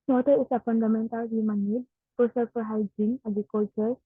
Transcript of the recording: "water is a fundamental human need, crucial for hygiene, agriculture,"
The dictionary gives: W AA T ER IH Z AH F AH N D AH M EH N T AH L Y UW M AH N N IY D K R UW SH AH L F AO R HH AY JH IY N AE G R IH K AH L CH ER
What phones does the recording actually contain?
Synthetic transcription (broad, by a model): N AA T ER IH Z AH F AH N D AH M EH N T AH L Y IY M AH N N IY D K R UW S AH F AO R HH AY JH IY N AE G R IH K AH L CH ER